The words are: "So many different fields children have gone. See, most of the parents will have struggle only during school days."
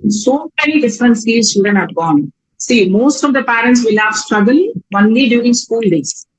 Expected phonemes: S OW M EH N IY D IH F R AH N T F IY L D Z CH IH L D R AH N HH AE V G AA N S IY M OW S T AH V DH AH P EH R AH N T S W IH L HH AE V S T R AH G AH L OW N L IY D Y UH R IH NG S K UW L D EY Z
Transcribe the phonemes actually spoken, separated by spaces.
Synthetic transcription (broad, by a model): S OW M EH N IY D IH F R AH N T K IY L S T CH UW D AH N HH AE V G AA N S IY M OW S T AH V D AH P EH R AH N T S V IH L HH AE V S T R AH G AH L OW N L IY D Y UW R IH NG S K UW L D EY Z